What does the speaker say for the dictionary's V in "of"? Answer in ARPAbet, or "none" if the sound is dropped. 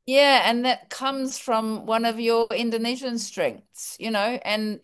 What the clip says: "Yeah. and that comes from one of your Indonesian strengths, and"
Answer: V